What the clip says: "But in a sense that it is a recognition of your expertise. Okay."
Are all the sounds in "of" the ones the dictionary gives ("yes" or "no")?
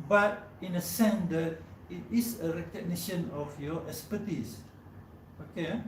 no